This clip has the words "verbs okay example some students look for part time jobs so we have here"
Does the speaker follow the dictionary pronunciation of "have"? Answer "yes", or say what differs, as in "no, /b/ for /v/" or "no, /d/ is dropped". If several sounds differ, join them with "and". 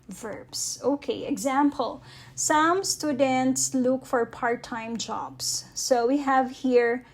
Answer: yes